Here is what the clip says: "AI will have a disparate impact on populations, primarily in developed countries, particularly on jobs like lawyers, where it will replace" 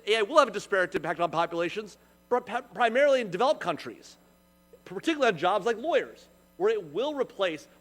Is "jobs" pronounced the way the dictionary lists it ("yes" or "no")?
yes